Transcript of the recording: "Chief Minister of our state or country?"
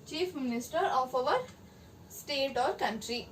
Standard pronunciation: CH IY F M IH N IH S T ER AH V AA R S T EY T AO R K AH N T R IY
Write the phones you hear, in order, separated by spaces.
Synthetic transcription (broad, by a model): CH IY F M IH N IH S T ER AH V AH R S T EY T AO R K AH N T R IY